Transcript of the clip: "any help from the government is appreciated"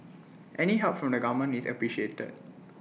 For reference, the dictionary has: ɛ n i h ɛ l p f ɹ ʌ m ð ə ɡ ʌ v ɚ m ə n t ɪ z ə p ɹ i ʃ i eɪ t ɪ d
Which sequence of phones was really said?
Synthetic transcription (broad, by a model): ɛ n i h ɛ p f ɹ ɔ m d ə ɡ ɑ m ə n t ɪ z ə p ɹ i ʃ i eɪ t ɪ d